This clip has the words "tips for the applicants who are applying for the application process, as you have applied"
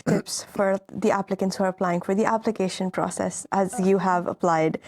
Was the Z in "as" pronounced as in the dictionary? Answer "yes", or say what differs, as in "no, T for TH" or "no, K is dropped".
yes